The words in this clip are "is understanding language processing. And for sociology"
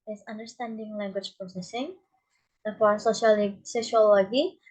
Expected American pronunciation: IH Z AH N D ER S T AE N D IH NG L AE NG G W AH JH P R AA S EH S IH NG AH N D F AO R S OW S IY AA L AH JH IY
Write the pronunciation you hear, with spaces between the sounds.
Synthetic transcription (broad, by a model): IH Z AH N D ER S T AE N D IH NG L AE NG G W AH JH P R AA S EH S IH NG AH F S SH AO L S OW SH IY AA L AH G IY